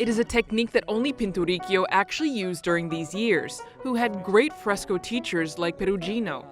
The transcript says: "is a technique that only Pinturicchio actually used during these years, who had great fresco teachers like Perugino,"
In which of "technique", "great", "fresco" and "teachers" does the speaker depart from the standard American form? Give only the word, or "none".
none